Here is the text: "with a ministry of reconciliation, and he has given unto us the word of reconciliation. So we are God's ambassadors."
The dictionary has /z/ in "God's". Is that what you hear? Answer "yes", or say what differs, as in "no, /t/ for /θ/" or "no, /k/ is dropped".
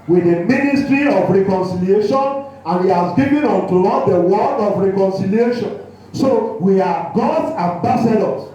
no, /z/ is dropped